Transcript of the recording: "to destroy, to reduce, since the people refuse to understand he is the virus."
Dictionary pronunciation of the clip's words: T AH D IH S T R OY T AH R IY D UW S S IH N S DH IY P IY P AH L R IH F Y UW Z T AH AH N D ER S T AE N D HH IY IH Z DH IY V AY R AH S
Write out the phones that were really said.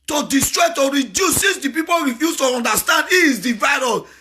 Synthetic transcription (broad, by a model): T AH D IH S T R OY T AH R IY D UW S S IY S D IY P IY P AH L R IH F Y UW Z T AH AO N D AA S T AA N D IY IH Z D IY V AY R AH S